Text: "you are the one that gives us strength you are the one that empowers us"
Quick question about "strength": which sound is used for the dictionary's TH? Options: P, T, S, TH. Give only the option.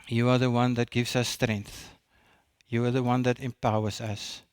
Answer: TH